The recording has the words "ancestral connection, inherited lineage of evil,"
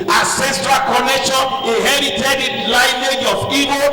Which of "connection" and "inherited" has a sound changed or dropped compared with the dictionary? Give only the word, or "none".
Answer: inherited